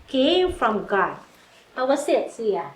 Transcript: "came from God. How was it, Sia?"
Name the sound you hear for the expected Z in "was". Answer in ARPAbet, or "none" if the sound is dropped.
S